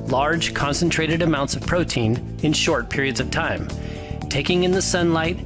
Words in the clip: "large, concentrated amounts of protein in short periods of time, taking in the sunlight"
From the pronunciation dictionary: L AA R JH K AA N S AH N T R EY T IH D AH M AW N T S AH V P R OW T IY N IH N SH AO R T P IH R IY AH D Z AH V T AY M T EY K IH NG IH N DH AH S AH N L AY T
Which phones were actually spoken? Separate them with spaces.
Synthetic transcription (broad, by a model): L AA R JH K AA N S AH N T R EY T IH D AH M AW N T S AH V P R OW T IY N IH N SH AO R T P IH R IY AH D Z AH V T AY M T EY K IH NG IH N DH AH S AH N L AY T